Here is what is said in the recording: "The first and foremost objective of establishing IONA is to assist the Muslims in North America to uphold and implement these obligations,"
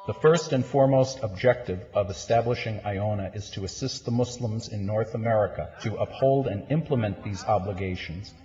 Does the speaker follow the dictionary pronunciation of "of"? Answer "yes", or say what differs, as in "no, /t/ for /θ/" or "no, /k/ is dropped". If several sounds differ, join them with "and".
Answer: yes